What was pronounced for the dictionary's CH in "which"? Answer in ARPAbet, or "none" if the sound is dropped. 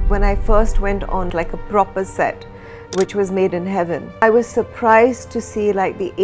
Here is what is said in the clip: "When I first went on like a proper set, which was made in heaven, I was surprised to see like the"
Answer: CH